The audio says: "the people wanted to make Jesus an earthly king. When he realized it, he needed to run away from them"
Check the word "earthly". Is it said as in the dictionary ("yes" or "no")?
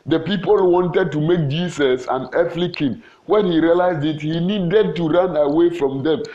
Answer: no